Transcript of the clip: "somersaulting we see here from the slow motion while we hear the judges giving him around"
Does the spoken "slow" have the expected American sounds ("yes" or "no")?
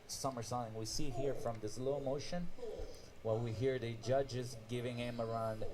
yes